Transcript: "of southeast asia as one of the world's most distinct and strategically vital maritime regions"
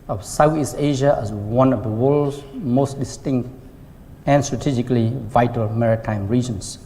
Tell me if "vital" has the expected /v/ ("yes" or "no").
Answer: yes